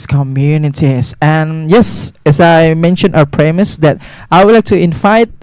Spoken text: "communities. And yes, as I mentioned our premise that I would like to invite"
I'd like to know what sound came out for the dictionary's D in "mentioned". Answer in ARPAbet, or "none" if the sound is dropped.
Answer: none